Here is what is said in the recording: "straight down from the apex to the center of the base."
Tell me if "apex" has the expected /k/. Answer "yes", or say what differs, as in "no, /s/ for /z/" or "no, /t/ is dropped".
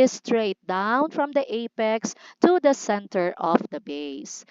yes